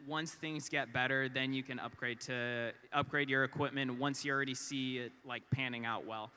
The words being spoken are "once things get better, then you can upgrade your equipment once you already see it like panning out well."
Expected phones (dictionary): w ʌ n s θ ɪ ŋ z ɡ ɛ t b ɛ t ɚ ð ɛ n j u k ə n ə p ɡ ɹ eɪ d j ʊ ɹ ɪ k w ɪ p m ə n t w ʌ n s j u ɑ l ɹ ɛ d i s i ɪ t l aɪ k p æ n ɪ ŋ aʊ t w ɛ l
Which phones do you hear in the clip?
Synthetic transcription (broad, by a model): w ʌ n s θ ɪ ŋ z ɡ ɛ t b ɛ t ɚ ð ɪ n j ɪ k ə n ə p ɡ ɹ eɪ d j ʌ ɹ ɪ k w ɪ p m ə n t w ʌ n s j ɑ l ɹ ɛ d i s i ɪ t l aɪ k p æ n ɪ ŋ aʊ t w ɛ l